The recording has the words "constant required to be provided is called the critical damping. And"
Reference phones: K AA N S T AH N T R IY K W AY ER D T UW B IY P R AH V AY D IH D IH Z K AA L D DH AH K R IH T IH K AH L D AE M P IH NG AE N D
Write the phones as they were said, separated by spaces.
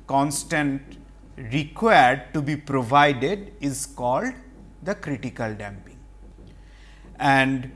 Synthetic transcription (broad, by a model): K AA N S T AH N T R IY K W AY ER D T UW B IY P R AH V AY D IH D IH Z K AA L D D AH K R IH T IH K AH L D AE M P IH NG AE N D